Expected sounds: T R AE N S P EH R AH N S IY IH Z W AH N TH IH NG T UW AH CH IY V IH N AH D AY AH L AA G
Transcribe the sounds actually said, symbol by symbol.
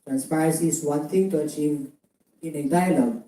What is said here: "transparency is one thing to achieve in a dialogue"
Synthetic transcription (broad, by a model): T R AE N S P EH R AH N S IY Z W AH N T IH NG T UW AH CH IY V IH N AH D AY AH L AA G